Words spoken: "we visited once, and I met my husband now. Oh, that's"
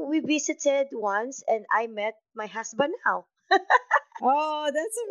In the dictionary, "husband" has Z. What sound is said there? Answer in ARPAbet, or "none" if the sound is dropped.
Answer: S